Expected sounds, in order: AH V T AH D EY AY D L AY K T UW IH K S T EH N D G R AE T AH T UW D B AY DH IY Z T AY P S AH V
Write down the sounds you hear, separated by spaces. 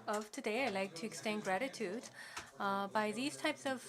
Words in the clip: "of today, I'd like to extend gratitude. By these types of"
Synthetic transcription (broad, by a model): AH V T AH D EY AY L AY K T UW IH K S T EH N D G R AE T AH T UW D B AY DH IY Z T AY P S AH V